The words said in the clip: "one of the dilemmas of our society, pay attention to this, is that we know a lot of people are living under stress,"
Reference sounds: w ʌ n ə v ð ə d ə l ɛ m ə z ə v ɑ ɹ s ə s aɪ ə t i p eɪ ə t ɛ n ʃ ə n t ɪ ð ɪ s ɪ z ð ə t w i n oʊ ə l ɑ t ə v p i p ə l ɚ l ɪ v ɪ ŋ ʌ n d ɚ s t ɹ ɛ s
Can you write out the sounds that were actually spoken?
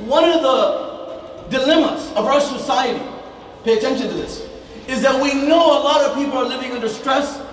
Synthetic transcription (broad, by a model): w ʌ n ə ð ə d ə l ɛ m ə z ə v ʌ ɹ s ə s aɪ ə t i p eɪ ə t ɛ n ʃ ə n t ɪ ð ɪ s ɪ z ð ə t w i n oʊ ə l ɑ t ə v p i p l ɚ l ɪ v ɪ ŋ ʌ n d ɚ s t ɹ ɛ s